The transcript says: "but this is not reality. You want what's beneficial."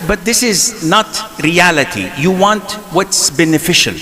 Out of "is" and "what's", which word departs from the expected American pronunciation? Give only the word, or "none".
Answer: none